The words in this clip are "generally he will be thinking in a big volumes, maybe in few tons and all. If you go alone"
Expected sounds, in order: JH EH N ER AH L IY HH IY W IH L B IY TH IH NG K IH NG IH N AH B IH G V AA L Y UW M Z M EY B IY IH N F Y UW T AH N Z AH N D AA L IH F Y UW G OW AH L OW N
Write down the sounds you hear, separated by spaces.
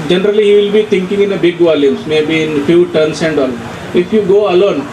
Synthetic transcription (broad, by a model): JH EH N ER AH L IY HH IY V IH L B IY T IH NG K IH NG IH N AH B IH G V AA L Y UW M S M EY B IY IH N F Y UW T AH N S AH N D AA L IH F Y UW G OW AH L OW N